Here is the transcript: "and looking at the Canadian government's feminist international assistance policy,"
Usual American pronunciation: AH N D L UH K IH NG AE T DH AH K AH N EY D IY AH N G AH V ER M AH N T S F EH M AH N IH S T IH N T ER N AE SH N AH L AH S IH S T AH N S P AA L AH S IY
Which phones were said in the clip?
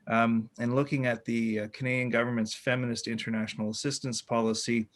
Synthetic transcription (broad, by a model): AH N L UH K IH NG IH T DH AH K AH N EY D IY AH N G AH V ER M AH N T S F EH M AH N IH S T IH N T ER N AE SH N L AH S IH S T AH N S P AA L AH S IY